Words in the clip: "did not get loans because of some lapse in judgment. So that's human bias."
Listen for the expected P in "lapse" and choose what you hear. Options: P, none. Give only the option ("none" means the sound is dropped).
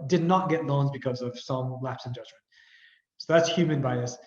P